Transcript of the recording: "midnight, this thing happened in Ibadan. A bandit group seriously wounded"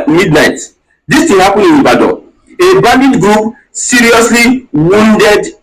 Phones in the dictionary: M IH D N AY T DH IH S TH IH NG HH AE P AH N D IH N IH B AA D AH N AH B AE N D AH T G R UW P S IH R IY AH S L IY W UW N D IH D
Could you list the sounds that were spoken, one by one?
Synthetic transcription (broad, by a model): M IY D N AY T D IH S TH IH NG HH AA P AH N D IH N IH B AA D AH AH B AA N D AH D G R UW P S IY R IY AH S L IY W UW N D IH D